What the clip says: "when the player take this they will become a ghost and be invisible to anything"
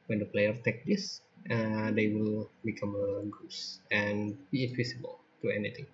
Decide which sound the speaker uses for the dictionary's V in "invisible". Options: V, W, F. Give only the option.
W